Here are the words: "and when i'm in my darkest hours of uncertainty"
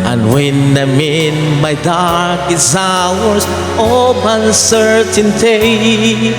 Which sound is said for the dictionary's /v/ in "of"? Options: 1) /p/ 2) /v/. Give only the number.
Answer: 1